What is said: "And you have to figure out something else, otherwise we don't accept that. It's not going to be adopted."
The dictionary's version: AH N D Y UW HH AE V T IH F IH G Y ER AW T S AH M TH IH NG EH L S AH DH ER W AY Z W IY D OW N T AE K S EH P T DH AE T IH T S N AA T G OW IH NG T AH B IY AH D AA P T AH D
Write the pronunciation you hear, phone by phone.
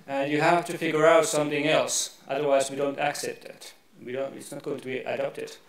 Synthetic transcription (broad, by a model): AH N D Y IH HH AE F T IH F IH G Y ER AW T S AH M TH IH NG EH L S AH DH ER W AY Z W IY D OW N T AE K S EH P T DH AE T IH T S N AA T G OW IH NG T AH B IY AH D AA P T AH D